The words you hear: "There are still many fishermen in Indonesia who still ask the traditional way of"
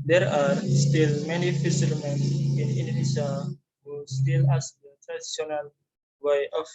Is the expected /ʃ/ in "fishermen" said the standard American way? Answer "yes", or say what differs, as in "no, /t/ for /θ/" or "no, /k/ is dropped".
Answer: no, /s/ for /ʃ/